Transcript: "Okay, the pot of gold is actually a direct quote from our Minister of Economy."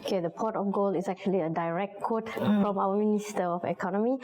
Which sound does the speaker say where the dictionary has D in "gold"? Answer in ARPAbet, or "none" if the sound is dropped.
none